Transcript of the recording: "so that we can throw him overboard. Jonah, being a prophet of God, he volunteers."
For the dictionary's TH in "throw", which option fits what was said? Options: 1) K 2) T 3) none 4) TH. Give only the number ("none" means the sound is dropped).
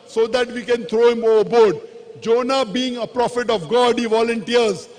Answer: 2